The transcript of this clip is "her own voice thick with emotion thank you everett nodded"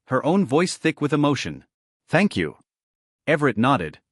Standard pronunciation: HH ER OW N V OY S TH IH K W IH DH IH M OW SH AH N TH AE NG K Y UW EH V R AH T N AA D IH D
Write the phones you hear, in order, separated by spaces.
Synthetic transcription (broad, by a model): HH ER OW N V OY S TH IH K W IH DH IH M OW SH AH N TH AE NG K Y UW EH V R AH T N AA D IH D